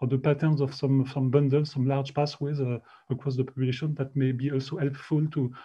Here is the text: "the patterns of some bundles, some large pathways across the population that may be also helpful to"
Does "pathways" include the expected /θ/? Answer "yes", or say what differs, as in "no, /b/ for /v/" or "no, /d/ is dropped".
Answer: no, /s/ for /θ/